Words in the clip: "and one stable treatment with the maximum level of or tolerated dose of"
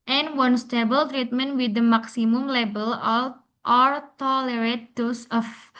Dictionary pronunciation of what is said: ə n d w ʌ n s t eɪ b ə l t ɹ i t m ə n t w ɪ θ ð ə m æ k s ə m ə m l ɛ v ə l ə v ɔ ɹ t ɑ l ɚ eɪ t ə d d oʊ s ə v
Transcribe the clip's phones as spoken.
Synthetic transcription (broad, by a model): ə n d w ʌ n s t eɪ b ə l t ɹ i t m ə n t w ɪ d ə m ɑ k s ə m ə m l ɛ b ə l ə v ɔ ɹ t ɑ l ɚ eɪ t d d oʊ s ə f